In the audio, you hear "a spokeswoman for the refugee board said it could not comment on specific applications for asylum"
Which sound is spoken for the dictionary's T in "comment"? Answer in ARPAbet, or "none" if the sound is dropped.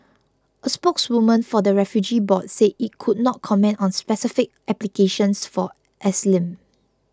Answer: T